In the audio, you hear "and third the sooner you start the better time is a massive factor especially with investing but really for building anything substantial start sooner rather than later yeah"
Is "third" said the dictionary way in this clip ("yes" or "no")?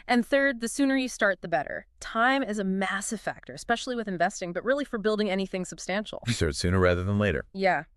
yes